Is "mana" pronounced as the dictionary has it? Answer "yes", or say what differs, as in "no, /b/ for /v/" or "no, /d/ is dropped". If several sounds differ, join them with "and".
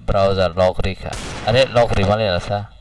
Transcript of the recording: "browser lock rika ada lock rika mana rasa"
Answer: no, /l/ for /n/